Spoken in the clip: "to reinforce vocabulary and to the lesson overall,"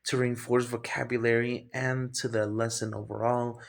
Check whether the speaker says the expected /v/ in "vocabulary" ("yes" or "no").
yes